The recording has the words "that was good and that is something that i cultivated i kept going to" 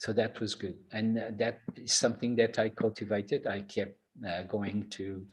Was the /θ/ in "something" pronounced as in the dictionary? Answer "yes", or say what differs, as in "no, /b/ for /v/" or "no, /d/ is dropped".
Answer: yes